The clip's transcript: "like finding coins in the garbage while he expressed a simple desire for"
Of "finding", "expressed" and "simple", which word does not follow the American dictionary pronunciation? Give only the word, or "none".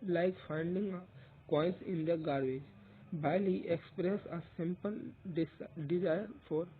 expressed